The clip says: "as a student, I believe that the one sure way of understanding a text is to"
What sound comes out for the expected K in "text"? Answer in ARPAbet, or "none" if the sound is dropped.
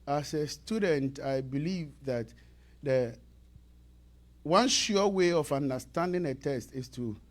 none